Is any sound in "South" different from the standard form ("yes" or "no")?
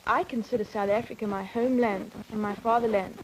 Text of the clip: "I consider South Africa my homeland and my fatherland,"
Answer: no